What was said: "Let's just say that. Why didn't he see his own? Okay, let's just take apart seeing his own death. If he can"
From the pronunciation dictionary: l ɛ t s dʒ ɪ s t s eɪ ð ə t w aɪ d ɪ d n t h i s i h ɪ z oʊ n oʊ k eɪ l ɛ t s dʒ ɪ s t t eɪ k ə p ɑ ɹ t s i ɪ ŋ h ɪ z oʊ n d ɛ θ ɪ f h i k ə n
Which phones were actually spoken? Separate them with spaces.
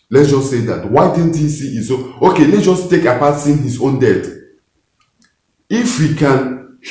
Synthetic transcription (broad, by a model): l ɛ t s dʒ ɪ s s eɪ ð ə t w aɪ d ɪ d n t h i s i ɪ s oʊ oʊ k eɪ l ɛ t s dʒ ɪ s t t eɪ k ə p ɑ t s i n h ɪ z oʊ n d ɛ t ɪ f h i k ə n